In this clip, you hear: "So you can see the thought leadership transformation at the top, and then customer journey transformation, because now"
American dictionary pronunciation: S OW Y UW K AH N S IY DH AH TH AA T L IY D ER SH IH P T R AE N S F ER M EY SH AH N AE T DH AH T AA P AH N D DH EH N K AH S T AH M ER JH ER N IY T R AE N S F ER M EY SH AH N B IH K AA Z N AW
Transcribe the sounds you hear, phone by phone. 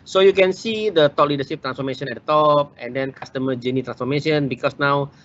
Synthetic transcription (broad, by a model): S OW Y UW K AH N S IY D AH T AA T L IY D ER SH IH P T R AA N S F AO M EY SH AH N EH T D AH T AA P AH N D EH N K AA S T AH M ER JH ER N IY T R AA N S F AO M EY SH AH N B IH K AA S N AW